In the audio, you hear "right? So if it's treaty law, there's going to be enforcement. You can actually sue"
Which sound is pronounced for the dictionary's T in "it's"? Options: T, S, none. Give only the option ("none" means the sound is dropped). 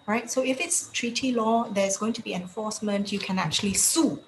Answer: T